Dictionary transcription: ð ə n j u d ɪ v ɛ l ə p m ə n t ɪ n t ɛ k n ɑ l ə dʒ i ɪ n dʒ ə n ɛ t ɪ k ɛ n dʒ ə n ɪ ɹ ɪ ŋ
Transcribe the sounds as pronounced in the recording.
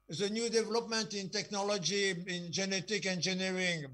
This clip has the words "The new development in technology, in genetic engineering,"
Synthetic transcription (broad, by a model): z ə n j u d ɪ v ɛ l ə p m ə n t ɪ n t ɛ k n ɑ l ə dʒ i ɪ n dʒ ə n ɛ t ɪ k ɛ n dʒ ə n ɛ ɹ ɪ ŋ